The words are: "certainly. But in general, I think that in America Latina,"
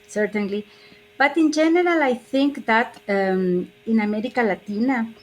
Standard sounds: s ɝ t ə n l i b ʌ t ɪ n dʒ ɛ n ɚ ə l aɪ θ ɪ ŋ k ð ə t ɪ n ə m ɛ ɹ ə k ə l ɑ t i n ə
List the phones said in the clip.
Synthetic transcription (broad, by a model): s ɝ t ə n l i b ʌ t ɪ n dʒ ɛ n ɚ ə l aɪ θ ɪ ŋ k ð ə t ɪ n ə m ɛ ɹ ə k ə l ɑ t i n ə